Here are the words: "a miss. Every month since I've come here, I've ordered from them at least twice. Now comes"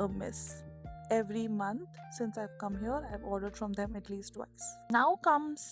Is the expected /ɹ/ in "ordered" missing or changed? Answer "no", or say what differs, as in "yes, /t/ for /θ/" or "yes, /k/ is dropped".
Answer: no